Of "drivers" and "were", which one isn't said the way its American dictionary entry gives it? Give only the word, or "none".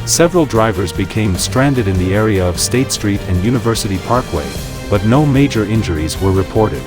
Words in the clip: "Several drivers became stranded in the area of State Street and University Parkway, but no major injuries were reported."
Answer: none